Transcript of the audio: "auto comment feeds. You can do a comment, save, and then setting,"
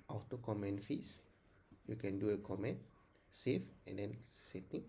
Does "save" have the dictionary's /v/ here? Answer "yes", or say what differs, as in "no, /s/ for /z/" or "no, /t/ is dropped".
no, /f/ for /v/